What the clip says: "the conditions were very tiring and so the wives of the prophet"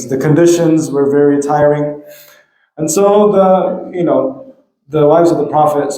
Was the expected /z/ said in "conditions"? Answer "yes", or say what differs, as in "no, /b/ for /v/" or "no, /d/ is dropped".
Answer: yes